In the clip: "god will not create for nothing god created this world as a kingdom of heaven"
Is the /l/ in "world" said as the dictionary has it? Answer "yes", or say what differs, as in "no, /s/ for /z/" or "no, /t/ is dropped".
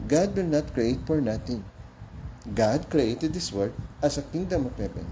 no, /l/ is dropped